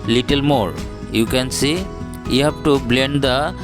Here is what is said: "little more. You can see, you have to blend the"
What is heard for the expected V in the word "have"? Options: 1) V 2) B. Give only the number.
2